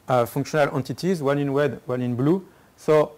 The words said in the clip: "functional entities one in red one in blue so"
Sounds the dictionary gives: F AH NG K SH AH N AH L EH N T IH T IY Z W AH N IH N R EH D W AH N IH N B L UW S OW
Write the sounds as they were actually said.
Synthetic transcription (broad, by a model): F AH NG K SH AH N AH L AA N T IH T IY Z W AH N IH N W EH D W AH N IH N B L UW S OW